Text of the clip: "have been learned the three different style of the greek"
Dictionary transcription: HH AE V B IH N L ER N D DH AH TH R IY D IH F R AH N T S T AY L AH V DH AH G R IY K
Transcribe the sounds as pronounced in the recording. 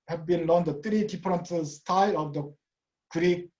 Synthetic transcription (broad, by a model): HH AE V B IH N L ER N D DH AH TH R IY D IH P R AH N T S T AY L AH V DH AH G R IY K